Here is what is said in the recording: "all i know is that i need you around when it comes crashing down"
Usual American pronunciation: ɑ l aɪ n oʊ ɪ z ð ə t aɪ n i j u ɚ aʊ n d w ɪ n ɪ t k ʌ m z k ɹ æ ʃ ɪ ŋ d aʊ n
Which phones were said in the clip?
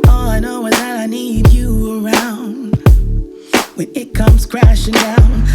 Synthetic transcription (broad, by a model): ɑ l aɪ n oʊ ɪ z ð ə t aɪ n i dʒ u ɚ aʊ n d w ɪ n ɪ t k ʌ m z k ɹ æ ʃ ɪ ŋ d aʊ n